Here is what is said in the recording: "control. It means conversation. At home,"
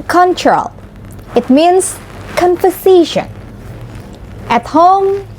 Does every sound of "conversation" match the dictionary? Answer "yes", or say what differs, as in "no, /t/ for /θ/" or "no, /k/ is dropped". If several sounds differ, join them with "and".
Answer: no, /f/ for /v/